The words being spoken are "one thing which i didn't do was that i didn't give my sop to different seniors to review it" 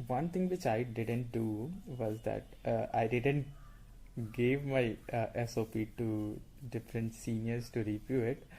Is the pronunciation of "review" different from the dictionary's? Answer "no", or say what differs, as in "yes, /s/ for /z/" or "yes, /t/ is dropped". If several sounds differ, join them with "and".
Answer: yes, /p/ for /v/